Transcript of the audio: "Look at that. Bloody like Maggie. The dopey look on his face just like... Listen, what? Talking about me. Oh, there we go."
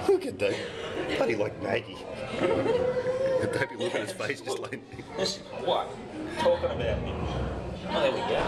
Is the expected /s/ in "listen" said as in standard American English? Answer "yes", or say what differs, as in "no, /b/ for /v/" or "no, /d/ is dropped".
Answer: no, /s/ is dropped